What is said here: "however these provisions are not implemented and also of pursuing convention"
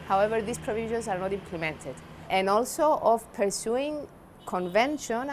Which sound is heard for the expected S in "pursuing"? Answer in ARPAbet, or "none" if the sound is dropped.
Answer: S